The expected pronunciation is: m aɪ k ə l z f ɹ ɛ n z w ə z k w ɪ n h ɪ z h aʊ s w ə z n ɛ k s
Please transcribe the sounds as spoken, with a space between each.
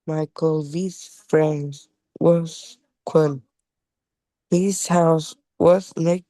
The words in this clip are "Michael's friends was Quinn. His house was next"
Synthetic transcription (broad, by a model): m aɪ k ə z f ɹ ɛ n z w ə z k w ɪ n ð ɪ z h aʊ s w ə z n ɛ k